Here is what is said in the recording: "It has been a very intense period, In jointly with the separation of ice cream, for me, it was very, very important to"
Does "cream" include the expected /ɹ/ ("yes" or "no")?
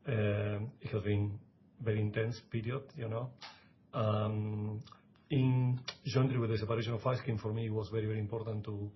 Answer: no